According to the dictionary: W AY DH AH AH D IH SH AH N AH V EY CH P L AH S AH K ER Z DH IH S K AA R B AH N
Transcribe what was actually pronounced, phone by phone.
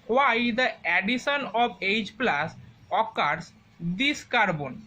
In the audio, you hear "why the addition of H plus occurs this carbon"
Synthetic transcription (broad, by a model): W AY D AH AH D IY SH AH N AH B EY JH P L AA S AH K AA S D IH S K AA R B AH N